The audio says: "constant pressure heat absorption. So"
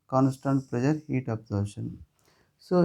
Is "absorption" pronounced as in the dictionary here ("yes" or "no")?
no